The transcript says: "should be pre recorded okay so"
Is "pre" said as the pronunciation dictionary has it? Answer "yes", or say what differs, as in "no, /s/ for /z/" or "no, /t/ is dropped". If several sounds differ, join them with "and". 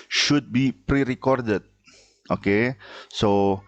yes